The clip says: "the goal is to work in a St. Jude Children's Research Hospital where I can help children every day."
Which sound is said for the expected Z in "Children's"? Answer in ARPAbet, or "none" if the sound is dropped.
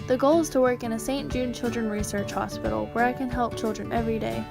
none